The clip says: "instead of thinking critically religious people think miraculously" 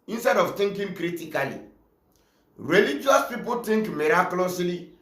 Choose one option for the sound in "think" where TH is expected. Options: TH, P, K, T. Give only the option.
T